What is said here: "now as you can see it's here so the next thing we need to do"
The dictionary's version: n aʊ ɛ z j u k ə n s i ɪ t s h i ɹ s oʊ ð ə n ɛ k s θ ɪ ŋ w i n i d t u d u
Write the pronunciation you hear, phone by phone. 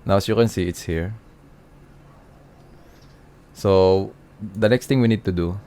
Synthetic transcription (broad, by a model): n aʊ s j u k ə n s i ɪ t s h i ɹ s oʊ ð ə n ɛ k s t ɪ ŋ w i n i d t u d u